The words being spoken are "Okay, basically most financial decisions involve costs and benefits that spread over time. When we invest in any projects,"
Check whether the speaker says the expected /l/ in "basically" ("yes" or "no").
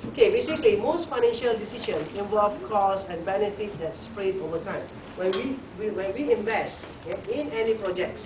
no